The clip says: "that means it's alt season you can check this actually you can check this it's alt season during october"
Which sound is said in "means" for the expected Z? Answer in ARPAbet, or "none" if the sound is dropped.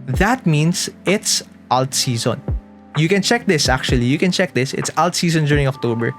S